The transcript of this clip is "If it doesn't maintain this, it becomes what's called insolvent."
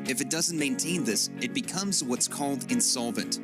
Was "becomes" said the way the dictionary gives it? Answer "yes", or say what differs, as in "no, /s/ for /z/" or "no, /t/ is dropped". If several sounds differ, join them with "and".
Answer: yes